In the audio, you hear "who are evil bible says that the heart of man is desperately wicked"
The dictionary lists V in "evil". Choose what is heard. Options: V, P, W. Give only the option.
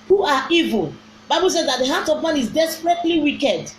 V